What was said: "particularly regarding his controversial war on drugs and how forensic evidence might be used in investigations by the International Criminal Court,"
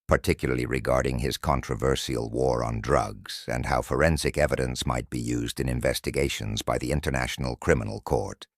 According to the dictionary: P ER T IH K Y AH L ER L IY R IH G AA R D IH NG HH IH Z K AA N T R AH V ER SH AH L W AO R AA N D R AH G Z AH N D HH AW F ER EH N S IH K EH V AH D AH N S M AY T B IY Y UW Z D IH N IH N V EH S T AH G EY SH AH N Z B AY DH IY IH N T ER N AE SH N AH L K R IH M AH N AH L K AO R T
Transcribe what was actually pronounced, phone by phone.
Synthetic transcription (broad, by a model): P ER T IH K Y L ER L IY R IH G AA R D IH NG IH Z K AA N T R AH V ER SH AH L W AO R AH N D R AH G Z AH N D HH AW F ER EH N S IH K EH V AH D AH N S M AY T B IY Y UW Z D IH N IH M V EH S T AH G EY SH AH N Z B AY DH IY IH N T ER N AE SH N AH L K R IH M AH N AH L K AO R T